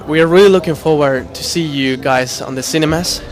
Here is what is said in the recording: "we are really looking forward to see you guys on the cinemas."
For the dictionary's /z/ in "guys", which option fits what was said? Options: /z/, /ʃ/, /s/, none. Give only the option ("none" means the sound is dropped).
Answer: /z/